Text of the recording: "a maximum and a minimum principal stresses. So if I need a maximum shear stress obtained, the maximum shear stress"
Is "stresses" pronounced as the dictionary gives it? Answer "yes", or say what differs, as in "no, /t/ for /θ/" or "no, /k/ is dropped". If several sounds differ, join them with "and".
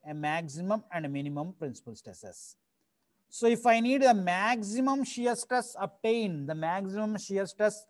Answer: no, /ɹ/ is dropped